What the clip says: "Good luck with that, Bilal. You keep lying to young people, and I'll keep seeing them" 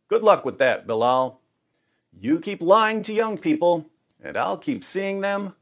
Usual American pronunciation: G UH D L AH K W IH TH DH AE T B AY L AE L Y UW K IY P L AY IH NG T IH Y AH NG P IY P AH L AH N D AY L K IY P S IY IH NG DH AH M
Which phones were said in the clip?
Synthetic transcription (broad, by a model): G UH D L AH K W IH DH AE T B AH L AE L Y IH K IY P L AY IH NG T IH Y AH NG P IY P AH L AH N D AY L K IY P S IY IH NG DH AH M